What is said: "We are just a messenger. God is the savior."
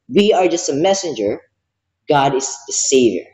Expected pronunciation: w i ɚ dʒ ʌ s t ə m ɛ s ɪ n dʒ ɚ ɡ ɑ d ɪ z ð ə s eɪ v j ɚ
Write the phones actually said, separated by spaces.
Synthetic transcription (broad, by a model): w i ɚ dʒ ʌ s t ə m ɛ s ɪ n dʒ ɚ ɡ ɑ d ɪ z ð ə s eɪ v j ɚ